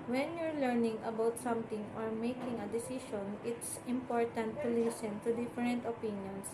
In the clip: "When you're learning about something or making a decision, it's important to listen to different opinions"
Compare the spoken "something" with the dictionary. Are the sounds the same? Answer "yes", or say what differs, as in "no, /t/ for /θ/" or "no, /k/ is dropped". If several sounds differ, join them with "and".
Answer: no, /t/ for /θ/